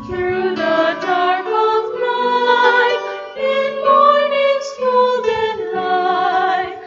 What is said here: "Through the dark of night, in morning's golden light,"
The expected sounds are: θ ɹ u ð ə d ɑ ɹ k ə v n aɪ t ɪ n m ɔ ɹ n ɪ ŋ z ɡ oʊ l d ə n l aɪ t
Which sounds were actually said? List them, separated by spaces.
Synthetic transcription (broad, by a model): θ ɹ u ð ə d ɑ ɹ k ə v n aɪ ɪ n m ɔ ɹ n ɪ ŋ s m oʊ l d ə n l aɪ